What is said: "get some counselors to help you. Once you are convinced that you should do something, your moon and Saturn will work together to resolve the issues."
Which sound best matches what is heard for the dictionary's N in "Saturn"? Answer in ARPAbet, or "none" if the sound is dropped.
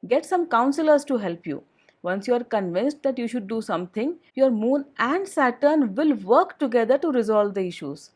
N